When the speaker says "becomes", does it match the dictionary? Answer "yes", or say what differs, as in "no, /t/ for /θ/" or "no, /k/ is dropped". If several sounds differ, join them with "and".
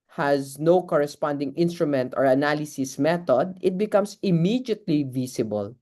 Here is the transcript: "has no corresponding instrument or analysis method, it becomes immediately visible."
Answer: no, /s/ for /z/